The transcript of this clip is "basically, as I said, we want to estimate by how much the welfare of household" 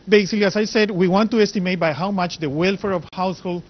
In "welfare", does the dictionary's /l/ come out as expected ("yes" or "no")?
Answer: yes